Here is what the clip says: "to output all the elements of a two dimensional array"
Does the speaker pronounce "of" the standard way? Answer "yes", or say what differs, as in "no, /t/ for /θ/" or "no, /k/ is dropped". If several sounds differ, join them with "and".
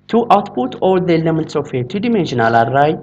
no, /f/ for /v/